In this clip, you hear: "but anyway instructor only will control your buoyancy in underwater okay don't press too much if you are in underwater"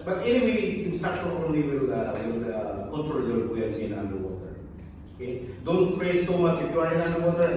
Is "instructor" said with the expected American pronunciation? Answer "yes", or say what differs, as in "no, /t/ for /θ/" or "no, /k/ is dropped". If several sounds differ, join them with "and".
no, /ɹ/ is dropped